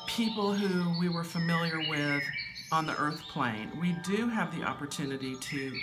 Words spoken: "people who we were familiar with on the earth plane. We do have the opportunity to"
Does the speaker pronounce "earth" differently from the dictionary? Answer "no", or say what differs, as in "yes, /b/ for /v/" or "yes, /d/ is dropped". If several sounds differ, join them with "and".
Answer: no